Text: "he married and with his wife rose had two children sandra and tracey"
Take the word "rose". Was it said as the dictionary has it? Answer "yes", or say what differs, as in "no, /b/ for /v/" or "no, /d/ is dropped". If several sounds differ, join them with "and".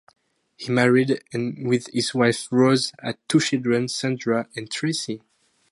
yes